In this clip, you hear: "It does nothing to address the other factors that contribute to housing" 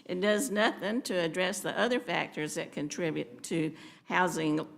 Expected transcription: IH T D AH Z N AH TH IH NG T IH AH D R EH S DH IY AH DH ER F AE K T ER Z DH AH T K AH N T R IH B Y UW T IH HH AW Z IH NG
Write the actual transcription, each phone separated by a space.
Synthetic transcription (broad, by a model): IH T D AH Z N AH TH IH NG T IH D R EH S DH IY AH DH ER F AE K T ER Z DH AH T K AH N T R IH B Y UW T IH HH AW Z IH NG